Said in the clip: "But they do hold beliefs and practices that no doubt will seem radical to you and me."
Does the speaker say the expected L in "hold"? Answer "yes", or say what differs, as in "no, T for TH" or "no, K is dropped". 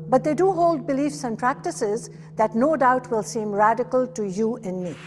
yes